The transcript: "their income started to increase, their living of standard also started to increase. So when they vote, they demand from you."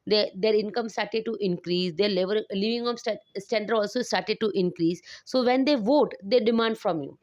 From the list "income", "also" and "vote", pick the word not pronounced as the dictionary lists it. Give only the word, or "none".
none